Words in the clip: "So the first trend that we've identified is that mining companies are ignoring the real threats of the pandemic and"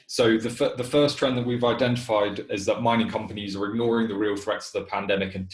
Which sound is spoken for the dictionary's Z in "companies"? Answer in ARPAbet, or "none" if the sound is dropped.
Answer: Z